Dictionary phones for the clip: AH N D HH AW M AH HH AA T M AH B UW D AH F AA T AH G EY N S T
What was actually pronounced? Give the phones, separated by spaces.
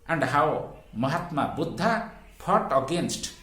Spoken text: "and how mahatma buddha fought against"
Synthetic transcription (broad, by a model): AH N D HH AW M AH HH AA T M AH B UW D AH P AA T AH G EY N S T